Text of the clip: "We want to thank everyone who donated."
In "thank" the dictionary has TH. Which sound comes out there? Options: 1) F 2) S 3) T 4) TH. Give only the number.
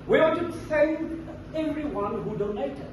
2